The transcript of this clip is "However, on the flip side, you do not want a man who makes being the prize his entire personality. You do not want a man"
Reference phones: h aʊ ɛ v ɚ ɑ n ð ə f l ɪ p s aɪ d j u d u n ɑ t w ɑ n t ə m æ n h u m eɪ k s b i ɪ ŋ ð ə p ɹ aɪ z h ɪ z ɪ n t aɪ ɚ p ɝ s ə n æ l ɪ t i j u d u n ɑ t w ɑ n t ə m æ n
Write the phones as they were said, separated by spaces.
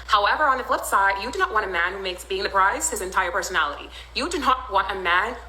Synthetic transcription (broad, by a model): h aʊ ɛ v ɚ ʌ n ð ə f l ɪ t s aɪ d j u d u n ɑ t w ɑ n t ə m æ n h u m eɪ k s b i ɪ ŋ ð ə p ɹ aɪ z h ɪ z ɪ n t aɪ ɚ p ɝ s ə n æ l ɪ t i j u d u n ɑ t w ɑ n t ə m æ n